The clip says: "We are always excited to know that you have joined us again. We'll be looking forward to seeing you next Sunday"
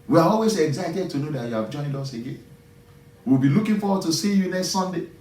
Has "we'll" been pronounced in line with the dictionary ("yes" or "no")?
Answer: no